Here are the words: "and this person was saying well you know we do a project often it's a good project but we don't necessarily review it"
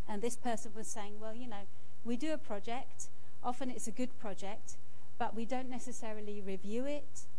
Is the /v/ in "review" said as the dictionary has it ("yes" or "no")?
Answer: yes